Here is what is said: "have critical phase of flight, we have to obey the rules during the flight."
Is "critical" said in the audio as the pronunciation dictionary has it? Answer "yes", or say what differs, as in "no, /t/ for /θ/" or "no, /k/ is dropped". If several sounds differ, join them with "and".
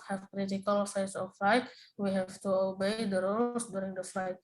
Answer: yes